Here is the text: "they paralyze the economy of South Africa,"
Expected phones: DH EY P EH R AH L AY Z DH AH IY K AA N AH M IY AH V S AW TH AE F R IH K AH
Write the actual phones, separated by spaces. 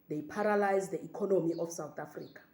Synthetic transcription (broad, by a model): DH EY P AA R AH L AY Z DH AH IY K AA N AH M IY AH F S AW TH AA F R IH K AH